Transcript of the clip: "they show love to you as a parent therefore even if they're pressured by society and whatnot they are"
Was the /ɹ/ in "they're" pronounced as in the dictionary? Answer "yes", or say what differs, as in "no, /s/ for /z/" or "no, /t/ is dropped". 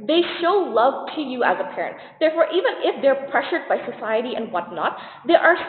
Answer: yes